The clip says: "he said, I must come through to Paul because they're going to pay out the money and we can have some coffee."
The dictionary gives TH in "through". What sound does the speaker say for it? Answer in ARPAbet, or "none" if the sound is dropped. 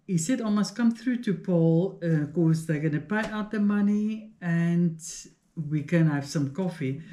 TH